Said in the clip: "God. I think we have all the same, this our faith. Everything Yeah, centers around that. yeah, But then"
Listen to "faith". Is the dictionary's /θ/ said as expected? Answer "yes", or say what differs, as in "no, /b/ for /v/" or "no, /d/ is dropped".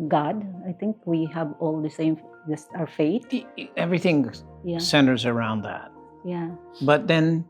no, /t/ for /θ/